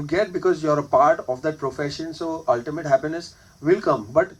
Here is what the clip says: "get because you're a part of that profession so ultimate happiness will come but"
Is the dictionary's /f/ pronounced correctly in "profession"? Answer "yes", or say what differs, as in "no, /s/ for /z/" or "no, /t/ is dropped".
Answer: yes